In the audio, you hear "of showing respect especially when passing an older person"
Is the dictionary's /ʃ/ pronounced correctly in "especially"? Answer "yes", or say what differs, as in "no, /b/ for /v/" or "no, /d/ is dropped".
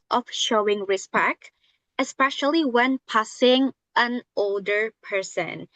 yes